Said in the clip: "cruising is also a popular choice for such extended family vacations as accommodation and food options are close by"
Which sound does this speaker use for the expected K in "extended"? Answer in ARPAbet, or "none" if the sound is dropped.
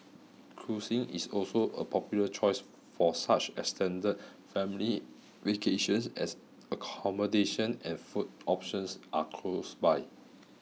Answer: none